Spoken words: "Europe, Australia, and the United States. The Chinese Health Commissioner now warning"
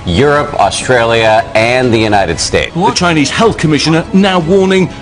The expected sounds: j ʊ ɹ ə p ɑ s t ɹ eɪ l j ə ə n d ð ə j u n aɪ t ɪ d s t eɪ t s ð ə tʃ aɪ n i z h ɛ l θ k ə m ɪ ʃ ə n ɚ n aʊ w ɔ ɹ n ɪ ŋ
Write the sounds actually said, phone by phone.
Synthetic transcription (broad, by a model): j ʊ ɹ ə p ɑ s t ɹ eɪ l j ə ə n ð ə j u n aɪ t ɪ d s t eɪ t ð ə tʃ aɪ n i z h ɛ l θ k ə m ɪ ʃ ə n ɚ n aʊ w ɔ n ɪ ŋ